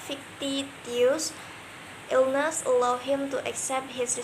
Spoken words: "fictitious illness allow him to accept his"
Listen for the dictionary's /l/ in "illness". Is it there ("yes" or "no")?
yes